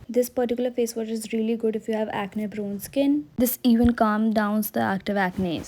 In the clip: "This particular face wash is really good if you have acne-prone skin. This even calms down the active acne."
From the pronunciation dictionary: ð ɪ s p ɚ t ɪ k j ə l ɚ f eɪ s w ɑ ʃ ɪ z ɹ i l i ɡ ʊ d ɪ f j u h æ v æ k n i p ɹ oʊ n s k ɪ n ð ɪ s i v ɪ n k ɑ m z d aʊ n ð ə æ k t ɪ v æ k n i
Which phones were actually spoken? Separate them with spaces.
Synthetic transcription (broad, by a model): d ɪ s p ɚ t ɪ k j l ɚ f eɪ s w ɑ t ɪ z ɹ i l i ɡ ʊ d ɪ f j u h æ v æ k n i b ɹ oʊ n s k ɪ n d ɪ s i v ɪ n k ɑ m d aʊ n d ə æ k t ɪ v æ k n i